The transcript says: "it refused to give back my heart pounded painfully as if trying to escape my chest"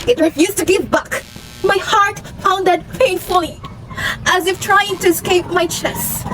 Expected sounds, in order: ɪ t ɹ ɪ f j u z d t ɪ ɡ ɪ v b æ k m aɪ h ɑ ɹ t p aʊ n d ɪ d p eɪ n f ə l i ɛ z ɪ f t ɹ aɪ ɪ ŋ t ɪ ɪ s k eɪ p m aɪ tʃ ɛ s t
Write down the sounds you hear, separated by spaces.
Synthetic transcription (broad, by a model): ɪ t ɹ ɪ f j u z t ɪ ɡ ɪ v b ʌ k m aɪ h ɑ ɹ t f aʊ n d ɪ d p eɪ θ f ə l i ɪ z ɪ f t ɹ aɪ ɪ ŋ t ɪ ɪ s k eɪ p m aɪ tʃ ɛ s